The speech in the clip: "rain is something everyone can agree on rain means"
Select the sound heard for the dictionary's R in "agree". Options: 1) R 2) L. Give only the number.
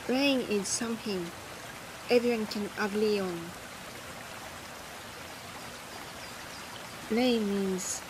2